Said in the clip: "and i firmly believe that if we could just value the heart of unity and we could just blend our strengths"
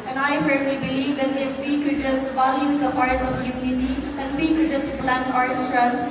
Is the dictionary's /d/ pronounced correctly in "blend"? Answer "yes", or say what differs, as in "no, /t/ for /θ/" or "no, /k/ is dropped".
no, /d/ is dropped